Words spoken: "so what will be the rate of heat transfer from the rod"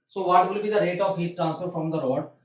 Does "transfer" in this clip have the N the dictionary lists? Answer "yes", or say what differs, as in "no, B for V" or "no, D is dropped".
yes